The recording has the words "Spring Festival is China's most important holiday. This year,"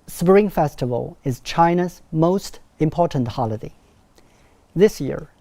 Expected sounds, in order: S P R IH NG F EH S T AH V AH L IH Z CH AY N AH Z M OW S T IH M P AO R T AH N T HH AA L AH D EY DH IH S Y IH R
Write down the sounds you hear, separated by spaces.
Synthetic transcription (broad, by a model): S P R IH NG F EH S T AH V AH L IH Z CH AY N AH Z M OW S T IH M P AO R T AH N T HH AA L AH D EY DH IH S Y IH R